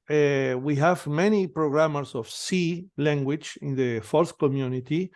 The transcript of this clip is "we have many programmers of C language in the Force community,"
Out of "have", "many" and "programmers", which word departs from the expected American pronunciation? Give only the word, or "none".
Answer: programmers